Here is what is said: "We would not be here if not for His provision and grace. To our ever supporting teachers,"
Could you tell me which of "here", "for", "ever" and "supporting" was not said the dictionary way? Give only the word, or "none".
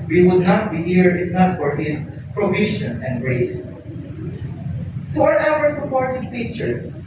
ever